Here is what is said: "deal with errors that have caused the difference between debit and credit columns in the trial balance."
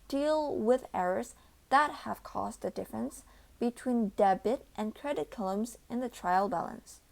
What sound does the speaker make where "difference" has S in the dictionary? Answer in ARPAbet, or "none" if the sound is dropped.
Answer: S